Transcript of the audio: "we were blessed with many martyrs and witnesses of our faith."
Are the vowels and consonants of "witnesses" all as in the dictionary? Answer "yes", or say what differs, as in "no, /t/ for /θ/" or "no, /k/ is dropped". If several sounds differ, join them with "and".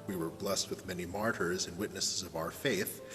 yes